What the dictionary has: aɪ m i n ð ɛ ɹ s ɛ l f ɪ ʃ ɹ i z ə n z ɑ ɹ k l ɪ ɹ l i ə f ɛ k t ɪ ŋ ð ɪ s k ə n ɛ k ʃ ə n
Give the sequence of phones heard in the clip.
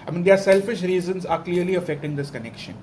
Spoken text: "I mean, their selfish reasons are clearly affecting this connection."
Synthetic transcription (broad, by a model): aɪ m i n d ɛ ɹ s ɛ l f ɪ ʃ ɹ i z ə n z ɑ ɹ k l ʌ ɹ l i ə f ɛ k t ɪ ŋ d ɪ s k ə n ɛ k ʃ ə n